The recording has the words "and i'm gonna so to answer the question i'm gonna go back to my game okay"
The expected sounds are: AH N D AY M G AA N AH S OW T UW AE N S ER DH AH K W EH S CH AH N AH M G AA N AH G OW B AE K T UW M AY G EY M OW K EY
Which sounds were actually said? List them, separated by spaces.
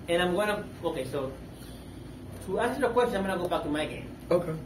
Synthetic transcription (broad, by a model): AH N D AY M G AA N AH S OW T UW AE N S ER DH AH K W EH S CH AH AH M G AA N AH G OW B AE K T UW M AY G EY M OW K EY